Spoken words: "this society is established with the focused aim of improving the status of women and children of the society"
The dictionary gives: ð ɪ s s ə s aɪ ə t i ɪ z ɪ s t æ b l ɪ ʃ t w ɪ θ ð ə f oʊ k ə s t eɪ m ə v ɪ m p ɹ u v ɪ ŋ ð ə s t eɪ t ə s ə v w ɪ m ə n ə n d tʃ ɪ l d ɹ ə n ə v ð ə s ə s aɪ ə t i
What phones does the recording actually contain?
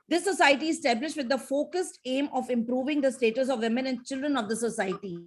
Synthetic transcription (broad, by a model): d ɪ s s ə s aɪ ə t i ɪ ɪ s t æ b l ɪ ʃ t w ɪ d ə f oʊ k ə s t eɪ m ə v ɪ m p ɹ u v ɪ ŋ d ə s t eɪ t ə s ə v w ɪ m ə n ə n d tʃ ɪ l d ɹ ə n ə v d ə s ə s aɪ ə t i